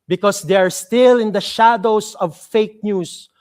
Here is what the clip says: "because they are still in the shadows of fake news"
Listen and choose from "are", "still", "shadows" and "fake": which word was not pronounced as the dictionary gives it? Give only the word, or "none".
shadows